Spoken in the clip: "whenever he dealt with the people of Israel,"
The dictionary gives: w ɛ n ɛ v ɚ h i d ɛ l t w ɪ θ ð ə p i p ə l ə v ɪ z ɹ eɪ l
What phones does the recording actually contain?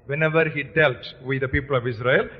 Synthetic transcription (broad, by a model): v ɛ n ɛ v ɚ h i d ɛ l t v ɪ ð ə p i p ə l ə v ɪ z ɹ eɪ l